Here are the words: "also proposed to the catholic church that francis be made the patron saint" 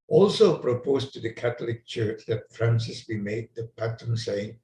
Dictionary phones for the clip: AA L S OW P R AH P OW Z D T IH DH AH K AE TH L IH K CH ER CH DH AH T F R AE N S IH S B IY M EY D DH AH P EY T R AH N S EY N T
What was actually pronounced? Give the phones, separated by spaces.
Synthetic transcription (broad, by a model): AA L S OW P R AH P OW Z T IH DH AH K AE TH L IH K CH ER CH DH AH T F R AE N S IH S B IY M EY D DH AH P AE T AH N S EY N